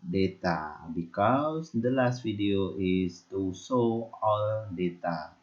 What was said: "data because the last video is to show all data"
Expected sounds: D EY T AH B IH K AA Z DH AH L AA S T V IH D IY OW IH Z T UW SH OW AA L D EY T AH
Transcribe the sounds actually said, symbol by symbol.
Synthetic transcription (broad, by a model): D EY T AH B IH K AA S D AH L AA S T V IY D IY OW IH S T UW S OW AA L D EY T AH